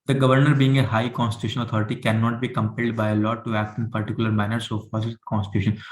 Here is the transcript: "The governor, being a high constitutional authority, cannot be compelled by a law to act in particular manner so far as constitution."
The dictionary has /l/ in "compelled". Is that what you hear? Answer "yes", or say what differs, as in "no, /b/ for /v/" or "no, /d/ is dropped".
yes